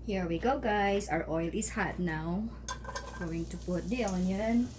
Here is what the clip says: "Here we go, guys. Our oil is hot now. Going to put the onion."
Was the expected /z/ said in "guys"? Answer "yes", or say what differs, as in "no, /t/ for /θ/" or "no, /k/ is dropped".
no, /s/ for /z/